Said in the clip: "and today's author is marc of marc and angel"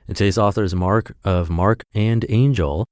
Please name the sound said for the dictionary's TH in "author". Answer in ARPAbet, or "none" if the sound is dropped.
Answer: TH